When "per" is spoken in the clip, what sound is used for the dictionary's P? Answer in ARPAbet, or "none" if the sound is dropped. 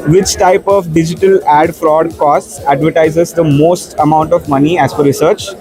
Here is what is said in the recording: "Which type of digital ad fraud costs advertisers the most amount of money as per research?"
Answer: F